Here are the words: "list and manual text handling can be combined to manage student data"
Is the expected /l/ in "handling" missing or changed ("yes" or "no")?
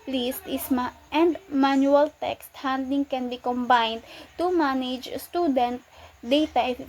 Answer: yes